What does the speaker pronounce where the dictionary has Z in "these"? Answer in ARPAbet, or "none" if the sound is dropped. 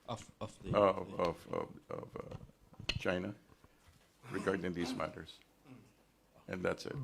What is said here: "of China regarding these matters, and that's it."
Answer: Z